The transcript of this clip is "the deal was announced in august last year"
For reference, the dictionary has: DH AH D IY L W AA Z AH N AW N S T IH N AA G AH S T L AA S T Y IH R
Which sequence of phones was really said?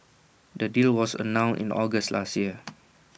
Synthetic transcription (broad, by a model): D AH D IY L W AA S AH N AW N T IH N AA G AH S T L AA S T Y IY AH